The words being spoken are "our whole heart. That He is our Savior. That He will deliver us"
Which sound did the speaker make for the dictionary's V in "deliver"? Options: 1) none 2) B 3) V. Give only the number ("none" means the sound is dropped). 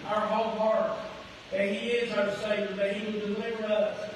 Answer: 3